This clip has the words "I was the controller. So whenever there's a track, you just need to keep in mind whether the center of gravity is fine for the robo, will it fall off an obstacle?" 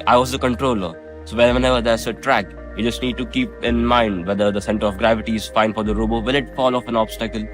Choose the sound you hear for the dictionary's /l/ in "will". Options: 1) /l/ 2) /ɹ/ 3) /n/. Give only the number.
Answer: 3